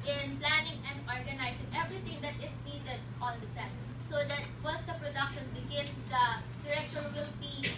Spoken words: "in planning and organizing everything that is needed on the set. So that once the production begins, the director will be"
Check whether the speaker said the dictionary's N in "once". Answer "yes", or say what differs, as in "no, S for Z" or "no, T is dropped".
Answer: no, N is dropped